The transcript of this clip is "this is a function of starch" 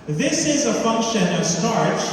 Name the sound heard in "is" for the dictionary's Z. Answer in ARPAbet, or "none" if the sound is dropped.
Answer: Z